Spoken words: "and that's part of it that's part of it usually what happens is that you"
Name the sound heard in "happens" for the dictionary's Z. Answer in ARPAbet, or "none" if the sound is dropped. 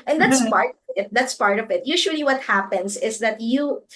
S